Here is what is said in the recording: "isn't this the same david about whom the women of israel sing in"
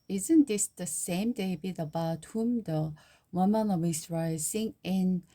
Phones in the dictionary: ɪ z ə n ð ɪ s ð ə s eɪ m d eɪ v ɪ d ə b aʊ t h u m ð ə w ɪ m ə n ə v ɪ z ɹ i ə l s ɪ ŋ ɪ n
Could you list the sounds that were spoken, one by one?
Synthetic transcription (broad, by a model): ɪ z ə n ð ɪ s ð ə s eɪ m d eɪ b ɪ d ə b aʊ t h u m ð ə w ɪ m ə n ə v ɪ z ɹ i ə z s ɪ ŋ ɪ n